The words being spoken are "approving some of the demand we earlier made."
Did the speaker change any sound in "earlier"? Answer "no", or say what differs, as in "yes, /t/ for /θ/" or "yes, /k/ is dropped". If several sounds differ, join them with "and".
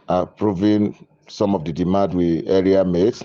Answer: yes, /l/ is dropped